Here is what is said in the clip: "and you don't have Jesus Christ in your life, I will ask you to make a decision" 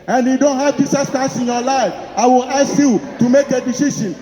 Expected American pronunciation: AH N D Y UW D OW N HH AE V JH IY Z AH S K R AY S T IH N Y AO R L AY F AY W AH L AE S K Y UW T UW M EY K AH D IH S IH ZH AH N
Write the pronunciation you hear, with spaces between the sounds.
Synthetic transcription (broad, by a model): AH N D Y UW D OW N HH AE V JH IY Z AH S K AY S IH N Y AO L AY F AY W AH L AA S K Y UW T UW M EY K AH D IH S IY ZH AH N